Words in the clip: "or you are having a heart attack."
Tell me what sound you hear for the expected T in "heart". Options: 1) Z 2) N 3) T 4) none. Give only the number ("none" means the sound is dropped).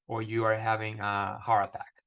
4